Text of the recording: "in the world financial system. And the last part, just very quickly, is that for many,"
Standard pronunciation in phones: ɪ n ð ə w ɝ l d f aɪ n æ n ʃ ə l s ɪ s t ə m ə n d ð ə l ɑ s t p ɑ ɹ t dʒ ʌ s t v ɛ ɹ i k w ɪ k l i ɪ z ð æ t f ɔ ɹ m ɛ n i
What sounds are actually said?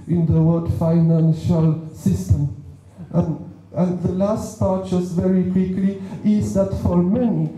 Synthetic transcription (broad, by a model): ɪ n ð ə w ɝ d f aɪ n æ n ʃ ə l s ɪ s t ə m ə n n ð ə l ɑ s t p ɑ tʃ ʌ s v ɛ ɹ i k w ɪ k l i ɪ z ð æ t f ɔ ɹ m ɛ n i